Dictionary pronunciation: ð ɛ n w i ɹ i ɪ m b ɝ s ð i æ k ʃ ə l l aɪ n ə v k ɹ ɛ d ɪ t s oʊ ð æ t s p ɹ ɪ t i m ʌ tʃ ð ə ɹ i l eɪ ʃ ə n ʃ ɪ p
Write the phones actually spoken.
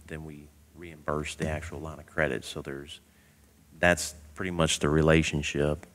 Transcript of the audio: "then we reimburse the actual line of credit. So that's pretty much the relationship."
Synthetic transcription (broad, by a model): ð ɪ n w i ɹ i ɪ m b ɝ s ð i æ k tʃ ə l l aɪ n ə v k ɹ ɛ d ɪ t s oʊ ð æ t s p ɹ ɪ t i m ʌ tʃ ð ə ɹ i l eɪ ʃ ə n ʃ ɪ p